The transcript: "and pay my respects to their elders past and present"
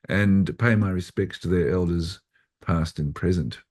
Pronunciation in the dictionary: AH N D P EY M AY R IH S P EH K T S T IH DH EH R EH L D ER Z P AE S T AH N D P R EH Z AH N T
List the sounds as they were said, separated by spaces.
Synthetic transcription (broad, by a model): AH N P EY M AY R IH S P EH K T S T IH DH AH R EH L D ER Z P AE S T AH N P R EH Z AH N T